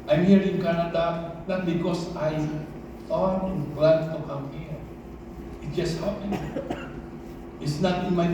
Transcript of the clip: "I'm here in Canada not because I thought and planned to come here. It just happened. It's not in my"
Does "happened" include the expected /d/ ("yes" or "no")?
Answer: no